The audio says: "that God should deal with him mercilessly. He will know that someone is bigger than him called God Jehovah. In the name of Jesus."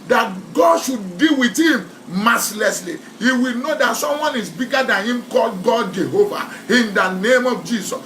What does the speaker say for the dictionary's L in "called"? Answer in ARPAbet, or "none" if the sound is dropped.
L